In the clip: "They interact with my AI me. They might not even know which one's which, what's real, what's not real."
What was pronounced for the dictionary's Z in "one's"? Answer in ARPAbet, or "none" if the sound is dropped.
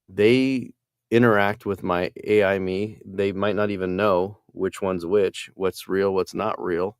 Z